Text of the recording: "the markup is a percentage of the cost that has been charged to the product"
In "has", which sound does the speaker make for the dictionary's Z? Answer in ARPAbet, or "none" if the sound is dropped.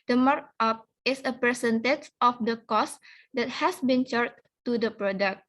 S